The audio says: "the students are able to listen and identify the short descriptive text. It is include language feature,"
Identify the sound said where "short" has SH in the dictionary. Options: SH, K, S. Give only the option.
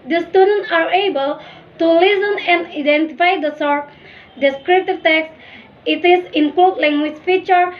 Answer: S